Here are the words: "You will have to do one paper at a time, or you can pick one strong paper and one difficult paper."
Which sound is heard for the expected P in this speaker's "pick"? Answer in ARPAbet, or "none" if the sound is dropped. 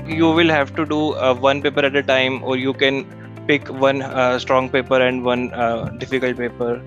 P